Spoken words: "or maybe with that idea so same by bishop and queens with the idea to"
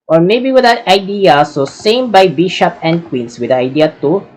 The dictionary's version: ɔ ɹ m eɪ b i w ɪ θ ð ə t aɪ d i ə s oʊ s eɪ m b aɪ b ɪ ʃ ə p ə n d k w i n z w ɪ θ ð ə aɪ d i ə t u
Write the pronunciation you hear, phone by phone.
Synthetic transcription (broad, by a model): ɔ ɹ m eɪ b i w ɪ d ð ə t aɪ d i ə s oʊ s eɪ m b aɪ b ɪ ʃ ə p ə n d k w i n s w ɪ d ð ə aɪ d i ə t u